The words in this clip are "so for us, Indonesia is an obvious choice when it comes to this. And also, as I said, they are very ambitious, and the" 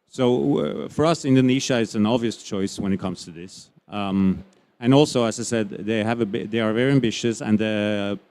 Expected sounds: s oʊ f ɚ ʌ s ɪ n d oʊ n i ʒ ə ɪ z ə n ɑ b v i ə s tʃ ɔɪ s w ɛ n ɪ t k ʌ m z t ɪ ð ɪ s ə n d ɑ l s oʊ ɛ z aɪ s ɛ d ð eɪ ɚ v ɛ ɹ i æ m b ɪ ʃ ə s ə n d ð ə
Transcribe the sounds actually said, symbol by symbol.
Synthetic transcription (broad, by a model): s oʊ f ɚ ʌ s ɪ n d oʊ n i ʃ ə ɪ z ə n ɑ b v i ə s tʃ ɔɪ s w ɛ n ɪ t k ʌ m z t ɪ ð ɪ s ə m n ɑ l s oʊ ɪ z aɪ s ɛ d ð eɪ ɚ v ɛ ɹ i æ m b ɪ ʃ ə s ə n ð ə